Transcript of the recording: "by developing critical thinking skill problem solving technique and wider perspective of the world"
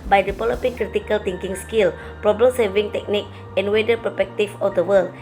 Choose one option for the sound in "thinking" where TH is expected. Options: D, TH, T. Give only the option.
T